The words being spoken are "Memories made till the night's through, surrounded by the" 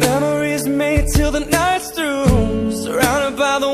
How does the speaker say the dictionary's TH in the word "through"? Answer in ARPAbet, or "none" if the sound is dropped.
T